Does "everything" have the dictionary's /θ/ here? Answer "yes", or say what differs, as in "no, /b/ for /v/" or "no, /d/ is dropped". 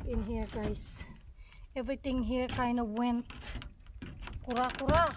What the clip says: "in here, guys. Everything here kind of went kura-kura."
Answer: no, /t/ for /θ/